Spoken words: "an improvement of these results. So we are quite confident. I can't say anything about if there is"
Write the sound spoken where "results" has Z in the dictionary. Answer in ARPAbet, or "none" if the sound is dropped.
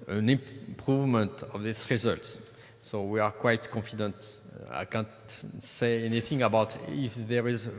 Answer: Z